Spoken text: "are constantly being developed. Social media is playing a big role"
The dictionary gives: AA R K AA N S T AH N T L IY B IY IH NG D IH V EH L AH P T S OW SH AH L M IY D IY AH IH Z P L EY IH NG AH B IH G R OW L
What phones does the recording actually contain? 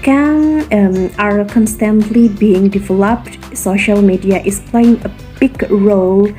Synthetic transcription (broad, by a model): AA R K AA N S T AH N T L IY B IY IH NG D IH V EH L AH P T S OW SH AH L M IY D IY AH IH S P L EY IH NG AH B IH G R OW L